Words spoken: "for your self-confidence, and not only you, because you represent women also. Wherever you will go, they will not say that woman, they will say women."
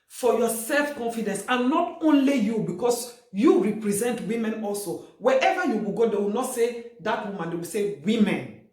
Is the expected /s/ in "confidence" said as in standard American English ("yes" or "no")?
yes